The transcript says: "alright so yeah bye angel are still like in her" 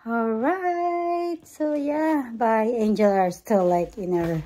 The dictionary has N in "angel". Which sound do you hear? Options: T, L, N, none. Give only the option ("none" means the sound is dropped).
N